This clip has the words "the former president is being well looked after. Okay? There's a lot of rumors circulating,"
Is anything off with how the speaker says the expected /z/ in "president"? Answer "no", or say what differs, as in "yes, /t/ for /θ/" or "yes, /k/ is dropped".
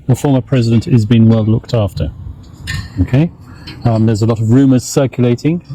no